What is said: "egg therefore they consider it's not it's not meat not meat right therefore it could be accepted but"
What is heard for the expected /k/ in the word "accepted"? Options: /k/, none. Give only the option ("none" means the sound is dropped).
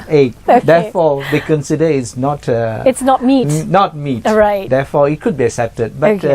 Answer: /k/